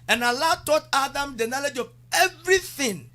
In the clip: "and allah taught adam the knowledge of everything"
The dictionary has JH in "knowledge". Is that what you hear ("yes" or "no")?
yes